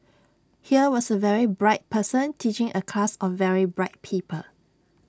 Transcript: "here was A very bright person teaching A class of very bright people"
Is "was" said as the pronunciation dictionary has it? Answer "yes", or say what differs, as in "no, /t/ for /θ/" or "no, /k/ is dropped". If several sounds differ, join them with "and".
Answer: no, /s/ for /z/